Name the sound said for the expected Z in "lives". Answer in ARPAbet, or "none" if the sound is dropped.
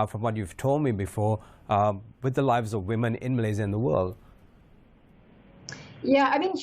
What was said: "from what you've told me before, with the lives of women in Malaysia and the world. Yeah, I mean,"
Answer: Z